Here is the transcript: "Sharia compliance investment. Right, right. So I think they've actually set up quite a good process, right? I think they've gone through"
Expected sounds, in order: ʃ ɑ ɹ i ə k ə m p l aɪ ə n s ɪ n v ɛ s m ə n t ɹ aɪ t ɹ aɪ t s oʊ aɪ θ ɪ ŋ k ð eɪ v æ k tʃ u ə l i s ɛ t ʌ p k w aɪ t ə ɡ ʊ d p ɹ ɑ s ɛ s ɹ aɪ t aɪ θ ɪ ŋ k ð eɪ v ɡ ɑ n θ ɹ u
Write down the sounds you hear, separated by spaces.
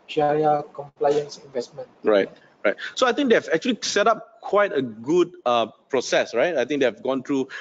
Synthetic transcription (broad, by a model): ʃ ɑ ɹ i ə k ə m p l aɪ ə n s ɪ n v ɛ s m ə n t ɹ aɪ t ɹ aɪ t s oʊ aɪ t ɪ ŋ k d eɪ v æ k tʃ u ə l i s ɛ t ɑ p k w aɪ t ə ɡ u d p ɹ ɑ s ɛ s ɹ aɪ t aɪ t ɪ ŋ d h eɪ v ɡ ɑ n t ɹ u